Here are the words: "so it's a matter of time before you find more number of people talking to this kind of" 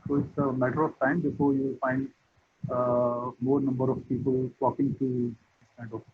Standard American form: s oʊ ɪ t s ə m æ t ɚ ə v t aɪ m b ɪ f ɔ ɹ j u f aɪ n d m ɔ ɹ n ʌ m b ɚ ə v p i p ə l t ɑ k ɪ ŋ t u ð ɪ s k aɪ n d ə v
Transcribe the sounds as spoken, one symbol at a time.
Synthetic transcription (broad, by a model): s oʊ ɪ t s ə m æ t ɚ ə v t aɪ m b ɪ f ɔ ɹ j u f aɪ n d m ɔ ɹ n ʌ m b ɚ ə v p i p ə l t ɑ k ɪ ŋ t u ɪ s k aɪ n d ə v